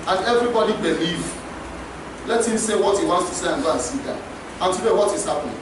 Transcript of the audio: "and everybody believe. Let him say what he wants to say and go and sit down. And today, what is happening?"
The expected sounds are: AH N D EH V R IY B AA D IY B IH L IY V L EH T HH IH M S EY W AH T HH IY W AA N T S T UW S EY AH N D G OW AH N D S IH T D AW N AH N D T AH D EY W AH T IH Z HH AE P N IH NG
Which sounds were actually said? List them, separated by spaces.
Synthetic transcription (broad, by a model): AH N EH V R IY B AA D IY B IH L IY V L EH T HH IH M S EY W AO T HH IY W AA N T S T UW S EY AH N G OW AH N S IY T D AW AH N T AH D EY W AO T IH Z HH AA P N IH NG